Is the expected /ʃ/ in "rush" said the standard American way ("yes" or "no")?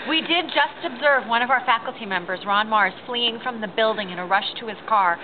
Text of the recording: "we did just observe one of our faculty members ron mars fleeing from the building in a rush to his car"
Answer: yes